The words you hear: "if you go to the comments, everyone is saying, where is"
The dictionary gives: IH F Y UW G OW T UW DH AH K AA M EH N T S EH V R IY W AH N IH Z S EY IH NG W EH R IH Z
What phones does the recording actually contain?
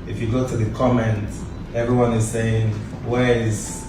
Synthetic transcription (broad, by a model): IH F Y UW G OW T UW DH AH K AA M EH N T EH V R IY W AH N IH Z S EY IH NG W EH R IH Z